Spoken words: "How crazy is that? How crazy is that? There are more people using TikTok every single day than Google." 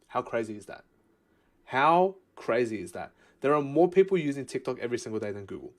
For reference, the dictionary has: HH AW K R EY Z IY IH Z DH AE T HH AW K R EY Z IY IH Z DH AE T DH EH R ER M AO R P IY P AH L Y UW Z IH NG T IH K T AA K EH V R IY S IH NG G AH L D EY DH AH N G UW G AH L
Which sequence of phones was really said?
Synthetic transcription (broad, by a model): HH AW K R EY Z IY IH Z DH AE T HH AW K R EY Z IY IH Z DH AE T DH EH R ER M AO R P IY P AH L Y UW Z IH NG T IH K T AA K EH V R IY S IH NG G AH L D EY DH AH N G UW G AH L